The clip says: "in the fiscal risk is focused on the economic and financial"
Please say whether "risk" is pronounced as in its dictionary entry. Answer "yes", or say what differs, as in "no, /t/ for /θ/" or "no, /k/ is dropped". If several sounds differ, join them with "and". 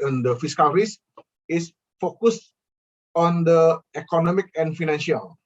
no, /k/ is dropped